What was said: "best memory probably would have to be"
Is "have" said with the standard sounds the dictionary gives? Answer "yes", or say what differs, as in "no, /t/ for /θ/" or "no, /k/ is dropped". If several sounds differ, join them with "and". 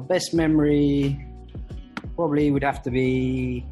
no, /f/ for /v/